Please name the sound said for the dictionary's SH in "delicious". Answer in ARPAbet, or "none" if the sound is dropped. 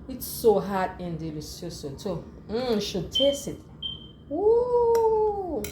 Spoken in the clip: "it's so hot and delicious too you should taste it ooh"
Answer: S